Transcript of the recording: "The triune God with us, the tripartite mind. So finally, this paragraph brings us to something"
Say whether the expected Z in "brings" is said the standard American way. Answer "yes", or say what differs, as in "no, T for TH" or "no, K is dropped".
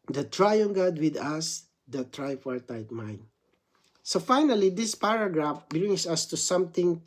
no, S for Z